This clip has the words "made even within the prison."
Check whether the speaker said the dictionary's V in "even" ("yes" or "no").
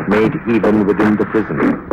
yes